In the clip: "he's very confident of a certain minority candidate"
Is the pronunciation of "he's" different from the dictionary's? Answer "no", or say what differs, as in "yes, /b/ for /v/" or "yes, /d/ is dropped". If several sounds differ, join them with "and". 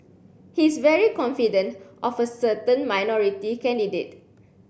yes, /s/ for /z/